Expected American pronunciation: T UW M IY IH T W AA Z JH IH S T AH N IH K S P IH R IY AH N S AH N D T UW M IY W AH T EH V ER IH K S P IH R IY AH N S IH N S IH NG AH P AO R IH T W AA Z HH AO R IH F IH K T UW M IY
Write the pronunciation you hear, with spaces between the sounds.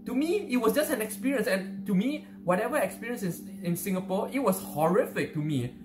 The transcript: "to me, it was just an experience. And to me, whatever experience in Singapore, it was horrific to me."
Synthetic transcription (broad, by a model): T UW M IY IH T W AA S JH IH S T AH N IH K S P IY R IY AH N S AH N T UW M IY W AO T EH V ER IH K S P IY R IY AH N S IH N S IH NG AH P AO IH T W AA S HH AO R IH F IH K T UW M IY